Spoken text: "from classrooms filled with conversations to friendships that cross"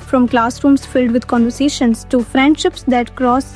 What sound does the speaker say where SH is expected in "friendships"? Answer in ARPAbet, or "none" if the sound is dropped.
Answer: SH